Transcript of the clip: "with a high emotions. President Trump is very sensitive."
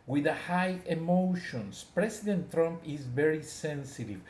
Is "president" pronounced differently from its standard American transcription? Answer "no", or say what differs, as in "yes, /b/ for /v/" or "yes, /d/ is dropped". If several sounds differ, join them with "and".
yes, /s/ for /z/